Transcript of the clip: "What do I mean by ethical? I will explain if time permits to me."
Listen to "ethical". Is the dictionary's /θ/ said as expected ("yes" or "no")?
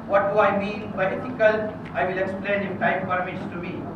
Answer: no